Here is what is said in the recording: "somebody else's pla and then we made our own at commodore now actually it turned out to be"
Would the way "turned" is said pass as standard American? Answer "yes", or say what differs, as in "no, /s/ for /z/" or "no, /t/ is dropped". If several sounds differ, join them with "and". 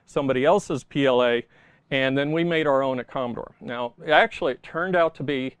yes